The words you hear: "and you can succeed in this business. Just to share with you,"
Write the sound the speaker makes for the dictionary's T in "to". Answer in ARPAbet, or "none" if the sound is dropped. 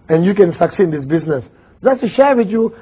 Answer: S